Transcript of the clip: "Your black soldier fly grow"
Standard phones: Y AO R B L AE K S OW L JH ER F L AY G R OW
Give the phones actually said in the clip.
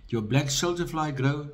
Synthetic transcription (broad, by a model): Y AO B L AE K SH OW L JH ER F L AY G R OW